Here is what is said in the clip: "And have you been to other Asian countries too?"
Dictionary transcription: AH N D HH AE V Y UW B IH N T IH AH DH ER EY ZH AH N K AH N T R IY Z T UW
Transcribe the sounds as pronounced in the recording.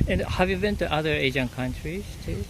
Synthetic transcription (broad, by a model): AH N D HH AE V Y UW B IH N T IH AH DH ER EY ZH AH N K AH N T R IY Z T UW